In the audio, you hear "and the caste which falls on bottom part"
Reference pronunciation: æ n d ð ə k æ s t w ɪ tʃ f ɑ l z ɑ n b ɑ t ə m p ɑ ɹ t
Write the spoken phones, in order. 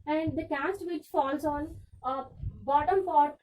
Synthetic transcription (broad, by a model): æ n d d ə k æ s t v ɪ tʃ f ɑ l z ɑ n b ɑ t ə m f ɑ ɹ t